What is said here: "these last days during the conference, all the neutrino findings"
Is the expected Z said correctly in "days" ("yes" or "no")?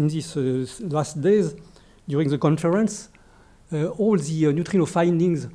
yes